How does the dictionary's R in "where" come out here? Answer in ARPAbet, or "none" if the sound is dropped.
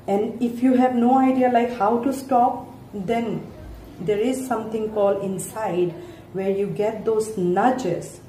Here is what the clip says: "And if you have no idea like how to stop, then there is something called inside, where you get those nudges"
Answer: R